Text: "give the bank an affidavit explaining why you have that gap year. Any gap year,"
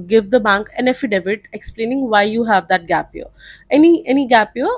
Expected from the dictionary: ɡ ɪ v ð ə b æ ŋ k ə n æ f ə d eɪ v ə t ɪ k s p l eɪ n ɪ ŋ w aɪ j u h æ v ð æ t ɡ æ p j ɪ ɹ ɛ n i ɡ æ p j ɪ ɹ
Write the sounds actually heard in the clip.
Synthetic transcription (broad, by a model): ɡ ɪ v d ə b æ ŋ k ə n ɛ f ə d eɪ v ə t ɪ k s p l eɪ n ɪ ŋ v aɪ j u h æ v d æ t ɡ æ p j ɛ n ɛ n i ɡ æ p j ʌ